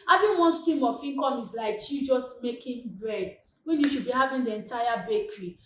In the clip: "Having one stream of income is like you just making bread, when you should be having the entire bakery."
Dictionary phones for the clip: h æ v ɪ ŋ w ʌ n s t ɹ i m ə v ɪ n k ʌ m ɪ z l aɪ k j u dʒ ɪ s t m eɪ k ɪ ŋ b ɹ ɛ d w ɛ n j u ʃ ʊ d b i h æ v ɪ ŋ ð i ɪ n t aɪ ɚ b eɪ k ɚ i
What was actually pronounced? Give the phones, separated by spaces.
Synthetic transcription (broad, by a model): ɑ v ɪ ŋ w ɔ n s t ɹ i m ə f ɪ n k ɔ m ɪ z l aɪ k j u dʒ ɪ s t m eɪ k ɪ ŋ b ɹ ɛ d w ɛ n j u ʃ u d b i h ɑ v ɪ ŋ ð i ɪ n t aɪ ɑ b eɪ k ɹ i